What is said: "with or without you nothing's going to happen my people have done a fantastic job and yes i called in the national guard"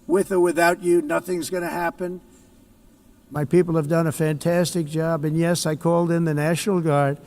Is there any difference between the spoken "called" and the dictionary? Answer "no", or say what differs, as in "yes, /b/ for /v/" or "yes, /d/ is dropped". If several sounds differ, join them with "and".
no